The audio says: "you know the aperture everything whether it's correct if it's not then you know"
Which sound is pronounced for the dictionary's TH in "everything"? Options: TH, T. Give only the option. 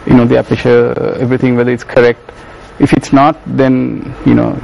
T